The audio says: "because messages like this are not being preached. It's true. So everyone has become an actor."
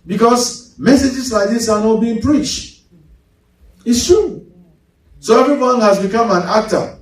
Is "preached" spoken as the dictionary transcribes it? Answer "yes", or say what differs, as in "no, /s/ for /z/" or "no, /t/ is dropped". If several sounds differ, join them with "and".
yes